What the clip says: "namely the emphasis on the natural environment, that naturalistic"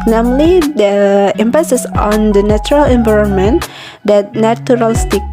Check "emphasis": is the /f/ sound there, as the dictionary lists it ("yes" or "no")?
no